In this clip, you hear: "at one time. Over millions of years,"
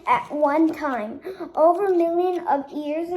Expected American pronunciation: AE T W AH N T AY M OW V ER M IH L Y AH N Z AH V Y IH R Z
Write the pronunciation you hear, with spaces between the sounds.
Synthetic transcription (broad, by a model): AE T W AH N T AY M OW V ER M IH L Y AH N AH V Y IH R Z